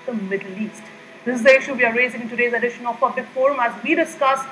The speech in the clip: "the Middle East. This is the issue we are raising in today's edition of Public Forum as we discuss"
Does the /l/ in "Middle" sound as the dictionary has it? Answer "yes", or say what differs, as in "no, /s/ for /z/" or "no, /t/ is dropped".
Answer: yes